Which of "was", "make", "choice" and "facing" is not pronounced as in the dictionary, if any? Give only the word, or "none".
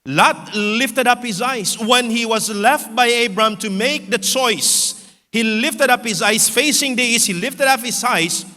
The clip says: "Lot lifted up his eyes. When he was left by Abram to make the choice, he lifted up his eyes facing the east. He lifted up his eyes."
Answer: none